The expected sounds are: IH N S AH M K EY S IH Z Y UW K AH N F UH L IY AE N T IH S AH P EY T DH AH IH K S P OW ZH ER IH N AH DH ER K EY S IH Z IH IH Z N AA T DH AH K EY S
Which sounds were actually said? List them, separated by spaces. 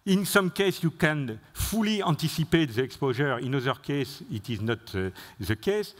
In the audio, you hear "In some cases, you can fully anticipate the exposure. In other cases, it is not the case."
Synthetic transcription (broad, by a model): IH N S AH M K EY S Y UW K AH N F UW L IY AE N T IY S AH P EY T DH AH IH K S P OW ZH ER IH N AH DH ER K EY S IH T IH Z N AA T DH AH K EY S